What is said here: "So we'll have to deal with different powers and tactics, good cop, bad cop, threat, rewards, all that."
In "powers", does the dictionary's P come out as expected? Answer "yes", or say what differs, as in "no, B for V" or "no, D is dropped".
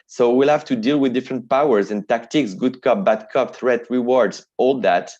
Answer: yes